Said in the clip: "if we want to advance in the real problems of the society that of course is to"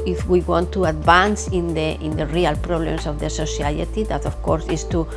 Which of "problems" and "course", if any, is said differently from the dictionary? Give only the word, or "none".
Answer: problems